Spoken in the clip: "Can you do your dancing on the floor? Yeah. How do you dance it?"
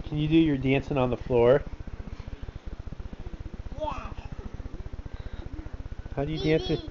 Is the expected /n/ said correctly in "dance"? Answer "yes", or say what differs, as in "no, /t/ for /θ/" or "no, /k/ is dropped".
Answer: yes